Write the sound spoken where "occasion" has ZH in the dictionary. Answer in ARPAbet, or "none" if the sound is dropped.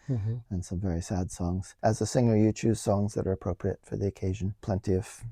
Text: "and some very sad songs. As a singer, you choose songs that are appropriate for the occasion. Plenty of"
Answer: ZH